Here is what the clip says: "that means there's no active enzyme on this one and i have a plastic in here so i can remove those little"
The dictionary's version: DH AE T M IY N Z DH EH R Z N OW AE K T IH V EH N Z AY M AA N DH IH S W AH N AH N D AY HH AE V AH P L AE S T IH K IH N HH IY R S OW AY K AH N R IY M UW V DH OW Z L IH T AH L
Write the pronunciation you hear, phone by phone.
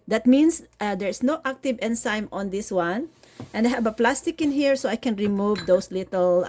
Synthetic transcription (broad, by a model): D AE T M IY N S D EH R S N OW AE K T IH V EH N S AY M AA N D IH S W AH N AH N D AY HH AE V AH P L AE S T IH K IH N HH IY R S OW AY K AH N R IY M UW V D OW S L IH T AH L